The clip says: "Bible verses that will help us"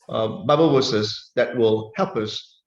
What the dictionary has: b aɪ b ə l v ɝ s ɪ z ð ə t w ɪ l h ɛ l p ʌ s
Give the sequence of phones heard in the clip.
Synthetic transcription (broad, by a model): b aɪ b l w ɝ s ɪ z ð ə t w ɪ l h ɛ l p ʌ s